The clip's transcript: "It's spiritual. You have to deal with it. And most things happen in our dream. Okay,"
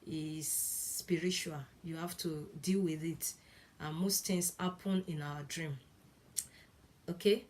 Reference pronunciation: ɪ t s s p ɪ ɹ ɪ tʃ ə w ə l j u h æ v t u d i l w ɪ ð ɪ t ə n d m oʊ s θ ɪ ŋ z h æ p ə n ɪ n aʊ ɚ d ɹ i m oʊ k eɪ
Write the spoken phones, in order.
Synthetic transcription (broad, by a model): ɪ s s p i ɹ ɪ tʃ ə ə l j u h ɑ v t u d i l w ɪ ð ɪ t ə n m oʊ s t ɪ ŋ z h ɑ p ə n ɪ n aʊ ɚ d ɹ i m oʊ k eɪ